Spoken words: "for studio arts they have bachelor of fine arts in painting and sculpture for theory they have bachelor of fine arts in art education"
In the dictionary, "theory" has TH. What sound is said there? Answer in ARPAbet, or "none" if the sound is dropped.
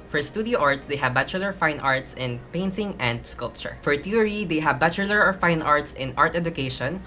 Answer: T